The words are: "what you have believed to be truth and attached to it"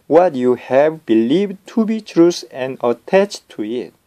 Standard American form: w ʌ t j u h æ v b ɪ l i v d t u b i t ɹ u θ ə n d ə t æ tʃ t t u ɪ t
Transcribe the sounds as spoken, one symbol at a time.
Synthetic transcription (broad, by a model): w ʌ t j u h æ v b ɪ l i v d t u b i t ɹ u s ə n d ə t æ tʃ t t u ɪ t